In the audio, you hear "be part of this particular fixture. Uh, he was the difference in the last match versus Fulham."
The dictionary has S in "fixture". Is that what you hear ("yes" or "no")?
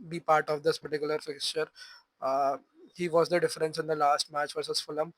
yes